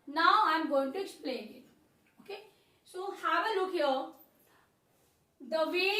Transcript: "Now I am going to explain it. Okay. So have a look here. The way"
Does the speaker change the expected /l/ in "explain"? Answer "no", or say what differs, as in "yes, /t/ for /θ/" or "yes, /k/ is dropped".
no